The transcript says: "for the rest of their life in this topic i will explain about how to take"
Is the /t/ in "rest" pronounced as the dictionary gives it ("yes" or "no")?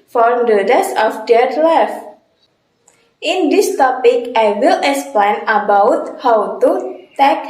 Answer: no